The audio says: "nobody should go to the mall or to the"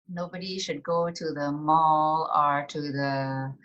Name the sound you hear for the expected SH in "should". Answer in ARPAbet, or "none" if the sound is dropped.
SH